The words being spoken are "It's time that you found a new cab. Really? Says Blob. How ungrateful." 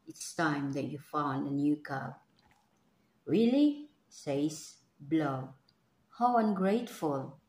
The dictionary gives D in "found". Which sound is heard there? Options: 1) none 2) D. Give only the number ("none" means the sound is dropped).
2